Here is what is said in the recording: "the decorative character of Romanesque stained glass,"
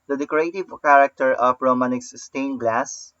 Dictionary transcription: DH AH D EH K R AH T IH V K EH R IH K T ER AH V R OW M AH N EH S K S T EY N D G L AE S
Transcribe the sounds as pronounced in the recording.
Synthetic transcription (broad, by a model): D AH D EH K R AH T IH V K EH R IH K T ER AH P R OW M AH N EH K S S T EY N G L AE S